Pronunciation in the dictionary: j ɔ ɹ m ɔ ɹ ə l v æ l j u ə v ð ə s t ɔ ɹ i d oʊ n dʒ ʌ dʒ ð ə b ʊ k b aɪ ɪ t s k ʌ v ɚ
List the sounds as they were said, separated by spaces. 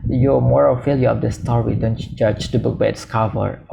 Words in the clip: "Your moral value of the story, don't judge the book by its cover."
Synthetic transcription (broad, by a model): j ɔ m ɔ ɹ ə l f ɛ l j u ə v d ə s t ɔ ɹ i d oʊ n dʒ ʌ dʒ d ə b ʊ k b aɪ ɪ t s k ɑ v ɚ